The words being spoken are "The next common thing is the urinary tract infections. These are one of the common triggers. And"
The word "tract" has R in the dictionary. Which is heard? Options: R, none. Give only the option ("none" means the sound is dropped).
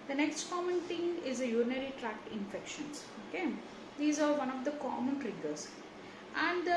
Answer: R